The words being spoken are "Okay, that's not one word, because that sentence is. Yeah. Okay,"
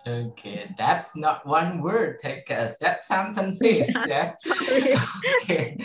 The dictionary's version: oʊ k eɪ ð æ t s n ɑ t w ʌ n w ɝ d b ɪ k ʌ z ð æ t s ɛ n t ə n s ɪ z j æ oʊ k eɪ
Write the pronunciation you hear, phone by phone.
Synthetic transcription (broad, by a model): oʊ k eɪ ð æ t s n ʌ t w ʌ n w ɝ d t ɪ k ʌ s ð æ t s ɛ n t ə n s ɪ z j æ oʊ k eɪ